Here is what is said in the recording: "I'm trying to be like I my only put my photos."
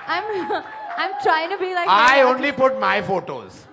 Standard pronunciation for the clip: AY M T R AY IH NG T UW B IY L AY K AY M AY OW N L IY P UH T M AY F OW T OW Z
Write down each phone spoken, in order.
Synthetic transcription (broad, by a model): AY M T R AY IH NG T UW B IY L AY K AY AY OW N L IY P UH T M AY F OW T OW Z